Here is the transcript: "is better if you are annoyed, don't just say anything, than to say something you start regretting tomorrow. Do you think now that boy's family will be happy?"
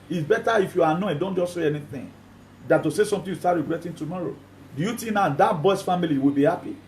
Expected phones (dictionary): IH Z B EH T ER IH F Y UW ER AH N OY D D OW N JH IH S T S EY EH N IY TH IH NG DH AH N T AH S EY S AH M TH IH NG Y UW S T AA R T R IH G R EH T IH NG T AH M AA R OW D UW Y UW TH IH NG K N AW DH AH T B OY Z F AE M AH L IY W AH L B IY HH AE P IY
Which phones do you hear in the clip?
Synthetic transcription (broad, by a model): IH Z B EH T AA IH F Y UW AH N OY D D OW N JH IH S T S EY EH N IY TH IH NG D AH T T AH S EY S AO M T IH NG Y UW S T AA T R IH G R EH T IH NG T AH M AA R OW D UW Y UW T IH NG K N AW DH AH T B OY S F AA M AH L IY W AH L B IY HH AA P IY